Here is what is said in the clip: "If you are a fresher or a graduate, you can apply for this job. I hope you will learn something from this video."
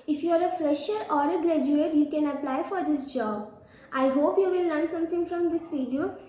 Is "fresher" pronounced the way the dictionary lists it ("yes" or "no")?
yes